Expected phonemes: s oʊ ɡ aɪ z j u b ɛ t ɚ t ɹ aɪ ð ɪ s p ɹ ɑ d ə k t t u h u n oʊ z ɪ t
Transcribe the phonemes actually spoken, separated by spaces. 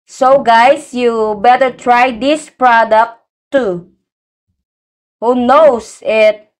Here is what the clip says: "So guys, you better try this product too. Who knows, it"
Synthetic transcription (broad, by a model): s oʊ ɡ aɪ s j u b ɛ t ɚ t ɹ aɪ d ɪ s p ɹ ɑ d ə k t t u h u n oʊ s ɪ t